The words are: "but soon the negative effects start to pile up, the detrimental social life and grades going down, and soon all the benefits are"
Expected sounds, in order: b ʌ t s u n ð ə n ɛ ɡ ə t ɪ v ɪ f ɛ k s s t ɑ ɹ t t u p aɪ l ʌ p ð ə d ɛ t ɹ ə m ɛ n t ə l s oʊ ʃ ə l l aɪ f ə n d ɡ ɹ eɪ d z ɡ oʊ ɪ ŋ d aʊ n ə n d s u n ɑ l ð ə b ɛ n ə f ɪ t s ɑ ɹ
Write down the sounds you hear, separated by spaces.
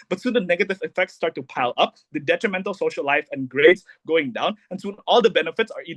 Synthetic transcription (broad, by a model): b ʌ t s u n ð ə n ɛ ɡ ə t ɪ v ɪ f ɛ k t s t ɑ ɹ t t u p aɪ l ʌ p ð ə d ɛ t ɹ ə m ɛ n t ə l s oʊ ʃ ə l l aɪ f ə n ɡ ɹ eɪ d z ɡ oʊ ɪ ŋ d aʊ n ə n s u n ɑ l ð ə b ɛ n ə f ɪ t s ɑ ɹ